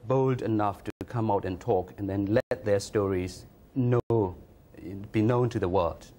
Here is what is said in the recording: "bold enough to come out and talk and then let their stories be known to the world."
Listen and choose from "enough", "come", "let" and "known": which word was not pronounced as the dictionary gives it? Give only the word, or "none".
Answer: none